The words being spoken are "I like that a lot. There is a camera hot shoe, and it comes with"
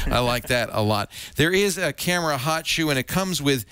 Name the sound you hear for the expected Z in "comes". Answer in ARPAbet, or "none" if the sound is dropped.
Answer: Z